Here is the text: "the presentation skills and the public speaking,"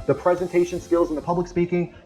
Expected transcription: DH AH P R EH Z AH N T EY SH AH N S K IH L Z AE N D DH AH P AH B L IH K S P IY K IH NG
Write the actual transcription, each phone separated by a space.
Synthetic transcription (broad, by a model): DH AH P R EH Z AH N T EY SH AH N S K IH L Z N DH AH P AH B L IH K S P IY K IH NG